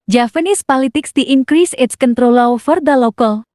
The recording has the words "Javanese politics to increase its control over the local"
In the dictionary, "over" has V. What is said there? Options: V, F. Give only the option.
F